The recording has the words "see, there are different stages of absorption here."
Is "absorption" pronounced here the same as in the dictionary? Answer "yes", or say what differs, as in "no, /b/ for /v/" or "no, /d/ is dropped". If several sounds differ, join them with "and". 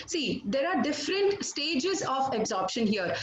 yes